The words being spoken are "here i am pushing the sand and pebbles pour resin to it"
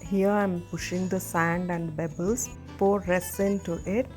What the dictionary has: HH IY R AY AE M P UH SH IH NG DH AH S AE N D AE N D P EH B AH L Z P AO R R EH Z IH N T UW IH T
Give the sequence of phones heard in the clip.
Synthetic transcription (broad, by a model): HH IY R AY M P UH SH IH NG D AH S AE N D AE N D B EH B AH L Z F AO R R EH S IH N T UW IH T